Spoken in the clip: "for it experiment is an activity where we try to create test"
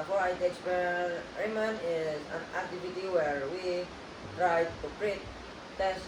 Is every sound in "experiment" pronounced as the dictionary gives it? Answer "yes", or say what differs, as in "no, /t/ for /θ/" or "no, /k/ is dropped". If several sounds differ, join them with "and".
no, /t/ is dropped